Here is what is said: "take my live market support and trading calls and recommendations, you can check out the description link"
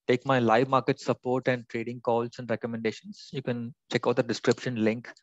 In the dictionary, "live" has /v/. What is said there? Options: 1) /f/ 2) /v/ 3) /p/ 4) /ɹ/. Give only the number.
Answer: 2